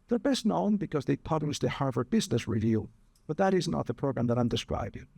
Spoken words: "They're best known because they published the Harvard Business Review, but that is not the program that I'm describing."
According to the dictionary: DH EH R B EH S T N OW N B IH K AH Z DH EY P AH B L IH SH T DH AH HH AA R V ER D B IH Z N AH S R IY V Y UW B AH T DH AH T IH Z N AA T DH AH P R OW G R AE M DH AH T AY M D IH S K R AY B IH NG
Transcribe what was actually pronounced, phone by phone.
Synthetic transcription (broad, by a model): DH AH R B EH S T N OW N B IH K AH Z DH EY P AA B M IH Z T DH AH HH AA R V ER B IH Z N AH S R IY V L B AH T DH AH T IH Z N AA T DH AH P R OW G R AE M DH AH T AY M D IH S K R AY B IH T